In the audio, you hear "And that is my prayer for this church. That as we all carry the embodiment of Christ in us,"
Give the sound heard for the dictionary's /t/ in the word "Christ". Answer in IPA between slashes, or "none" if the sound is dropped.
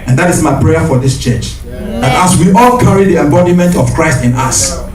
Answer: /t/